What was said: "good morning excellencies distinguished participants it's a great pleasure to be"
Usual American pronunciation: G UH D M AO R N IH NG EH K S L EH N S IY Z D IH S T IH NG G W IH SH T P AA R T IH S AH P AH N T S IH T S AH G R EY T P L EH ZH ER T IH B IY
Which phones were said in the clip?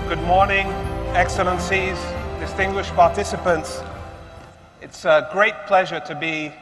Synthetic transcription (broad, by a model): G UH D M AO R N IH NG EH K S L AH N S IY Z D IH S T IH NG G W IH SH P AA R T IH S AH P AH N T S IH T S AH G R EY T P L EH ZH ER T IH B IY